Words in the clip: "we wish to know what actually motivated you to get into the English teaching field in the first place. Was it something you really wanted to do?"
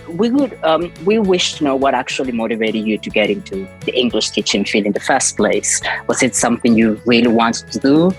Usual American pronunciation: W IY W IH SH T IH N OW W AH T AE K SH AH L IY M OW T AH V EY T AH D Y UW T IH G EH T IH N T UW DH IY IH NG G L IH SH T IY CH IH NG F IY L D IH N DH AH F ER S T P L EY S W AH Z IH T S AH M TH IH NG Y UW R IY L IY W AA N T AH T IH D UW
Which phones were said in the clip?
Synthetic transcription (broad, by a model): W IY W IH SH T IH N OW W AH T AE K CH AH L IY M OW T AH V EY T AH D Y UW T IH G EH T IH N T UW DH IY IH NG G L IH SH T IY CH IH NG F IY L IH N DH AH F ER S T P L EY S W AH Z IH T S AH M TH IH NG Y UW R IY L IY W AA N T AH T IH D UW